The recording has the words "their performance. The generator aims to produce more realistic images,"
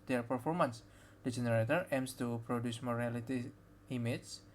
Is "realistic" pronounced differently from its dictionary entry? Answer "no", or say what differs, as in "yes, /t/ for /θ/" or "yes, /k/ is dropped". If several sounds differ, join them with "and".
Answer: yes, /s/ is dropped and /k/ is dropped